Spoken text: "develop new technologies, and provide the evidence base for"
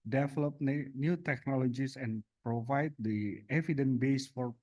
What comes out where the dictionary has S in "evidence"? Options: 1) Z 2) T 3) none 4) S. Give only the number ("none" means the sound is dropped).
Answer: 3